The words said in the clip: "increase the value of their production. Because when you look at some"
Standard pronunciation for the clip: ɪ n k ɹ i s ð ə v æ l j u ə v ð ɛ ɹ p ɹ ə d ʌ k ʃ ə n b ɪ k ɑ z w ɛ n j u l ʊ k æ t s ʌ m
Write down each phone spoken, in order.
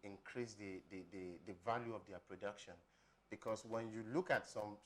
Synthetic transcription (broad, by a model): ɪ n k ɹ i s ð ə v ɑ l j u ə v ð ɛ p ɹ ə d ʌ k ʃ ə n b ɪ k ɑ s w ɛ n j u l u k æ t s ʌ m